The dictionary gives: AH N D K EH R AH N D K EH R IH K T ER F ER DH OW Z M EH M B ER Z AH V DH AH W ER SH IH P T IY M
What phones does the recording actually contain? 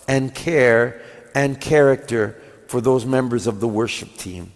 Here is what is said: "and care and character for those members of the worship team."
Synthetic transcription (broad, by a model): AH N K EH R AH N K EH R IH K T ER F ER DH OW Z M EH M B ER Z AH V DH AH W ER SH IH P T IY M